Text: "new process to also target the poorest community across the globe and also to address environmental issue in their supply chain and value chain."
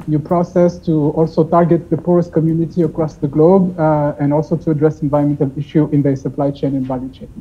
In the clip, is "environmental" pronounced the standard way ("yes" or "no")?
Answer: no